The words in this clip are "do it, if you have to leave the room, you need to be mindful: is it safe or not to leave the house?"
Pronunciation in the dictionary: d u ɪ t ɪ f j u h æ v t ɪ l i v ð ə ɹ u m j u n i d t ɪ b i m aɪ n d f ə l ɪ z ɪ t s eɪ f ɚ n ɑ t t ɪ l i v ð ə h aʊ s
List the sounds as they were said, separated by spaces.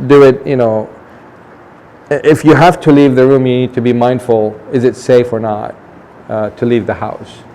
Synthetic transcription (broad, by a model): d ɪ ɪ t ɪ f j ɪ h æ f t ɪ l i v ð ə ɹ u m j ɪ n i d t ɪ b i m aɪ n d f l ɪ z ɪ t s eɪ f ɚ n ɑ t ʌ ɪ l i v ð ə h aʊ s